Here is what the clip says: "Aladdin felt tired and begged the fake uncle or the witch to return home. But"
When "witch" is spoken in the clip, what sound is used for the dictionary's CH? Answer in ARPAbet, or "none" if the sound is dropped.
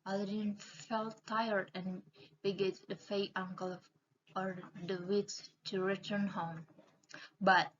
S